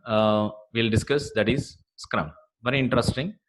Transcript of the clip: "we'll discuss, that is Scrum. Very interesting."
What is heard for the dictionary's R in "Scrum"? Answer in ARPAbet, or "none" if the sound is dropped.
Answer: R